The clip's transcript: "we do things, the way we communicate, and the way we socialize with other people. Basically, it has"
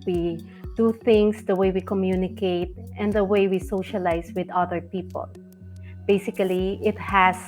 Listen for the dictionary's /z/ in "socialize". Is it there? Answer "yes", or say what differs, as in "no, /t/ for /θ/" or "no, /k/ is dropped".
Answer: no, /s/ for /z/